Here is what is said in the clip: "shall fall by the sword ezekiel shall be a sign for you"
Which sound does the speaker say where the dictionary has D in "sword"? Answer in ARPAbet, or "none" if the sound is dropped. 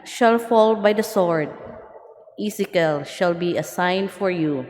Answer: D